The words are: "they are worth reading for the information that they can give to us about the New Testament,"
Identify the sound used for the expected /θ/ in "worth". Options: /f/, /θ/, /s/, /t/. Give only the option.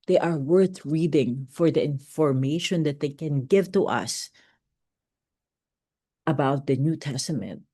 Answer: /θ/